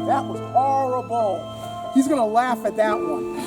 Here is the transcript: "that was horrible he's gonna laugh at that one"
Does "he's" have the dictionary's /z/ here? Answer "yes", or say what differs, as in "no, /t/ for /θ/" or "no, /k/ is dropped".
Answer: yes